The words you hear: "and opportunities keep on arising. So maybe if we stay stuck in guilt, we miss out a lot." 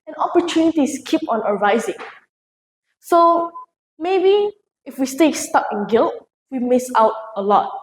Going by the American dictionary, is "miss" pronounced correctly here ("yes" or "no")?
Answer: yes